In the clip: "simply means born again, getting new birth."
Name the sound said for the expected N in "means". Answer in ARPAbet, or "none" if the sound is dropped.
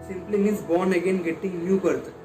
none